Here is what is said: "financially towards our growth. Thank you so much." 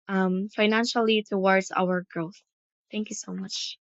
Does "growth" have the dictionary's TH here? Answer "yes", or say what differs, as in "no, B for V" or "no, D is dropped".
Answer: yes